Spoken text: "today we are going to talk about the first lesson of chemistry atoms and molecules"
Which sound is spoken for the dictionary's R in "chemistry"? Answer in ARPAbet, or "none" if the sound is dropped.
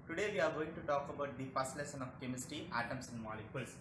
none